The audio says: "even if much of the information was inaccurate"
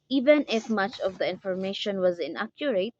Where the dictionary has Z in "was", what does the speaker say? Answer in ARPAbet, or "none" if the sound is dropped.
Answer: Z